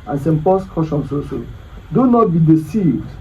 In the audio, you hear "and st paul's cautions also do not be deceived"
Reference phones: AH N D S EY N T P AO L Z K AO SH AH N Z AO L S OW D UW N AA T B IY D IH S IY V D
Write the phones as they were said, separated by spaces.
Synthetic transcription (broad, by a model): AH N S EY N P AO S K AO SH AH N S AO S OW D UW N AA T B IY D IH S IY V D